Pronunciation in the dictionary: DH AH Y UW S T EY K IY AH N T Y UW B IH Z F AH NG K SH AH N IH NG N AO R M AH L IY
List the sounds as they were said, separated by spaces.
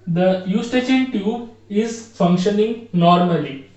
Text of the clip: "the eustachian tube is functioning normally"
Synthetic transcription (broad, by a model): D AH Y UW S T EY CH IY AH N T Y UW IH Z F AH NG K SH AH N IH NG N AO R M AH L IY